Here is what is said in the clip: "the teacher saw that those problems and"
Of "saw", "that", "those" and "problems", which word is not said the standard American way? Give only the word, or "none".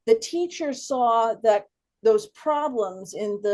none